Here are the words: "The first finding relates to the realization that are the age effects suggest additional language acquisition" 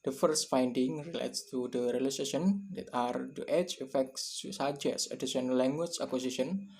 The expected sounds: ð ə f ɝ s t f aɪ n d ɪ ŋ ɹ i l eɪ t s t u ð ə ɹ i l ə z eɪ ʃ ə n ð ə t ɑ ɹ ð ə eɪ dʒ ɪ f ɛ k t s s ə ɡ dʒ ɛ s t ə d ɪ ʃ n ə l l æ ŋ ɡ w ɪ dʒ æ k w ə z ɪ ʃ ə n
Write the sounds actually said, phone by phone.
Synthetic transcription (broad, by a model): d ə f ɝ s t f aɪ n d ɪ ŋ ɹ i l eɪ t s t u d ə ɹ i l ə s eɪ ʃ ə n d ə t ɑ ɹ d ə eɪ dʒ ɪ f ɛ k t s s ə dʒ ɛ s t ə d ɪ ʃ ə n l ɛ ŋ ɡ w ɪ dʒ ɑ k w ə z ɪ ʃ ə n